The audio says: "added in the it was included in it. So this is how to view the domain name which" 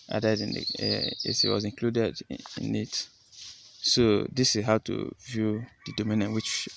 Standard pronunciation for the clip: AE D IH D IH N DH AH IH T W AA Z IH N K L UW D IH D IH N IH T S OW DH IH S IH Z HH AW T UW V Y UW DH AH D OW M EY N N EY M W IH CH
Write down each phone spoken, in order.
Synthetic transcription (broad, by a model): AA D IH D IH N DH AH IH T W AA Z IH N K L UW D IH D IH N IH T S OW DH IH S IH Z HH AW T UW V Y UW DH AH D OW M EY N N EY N W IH CH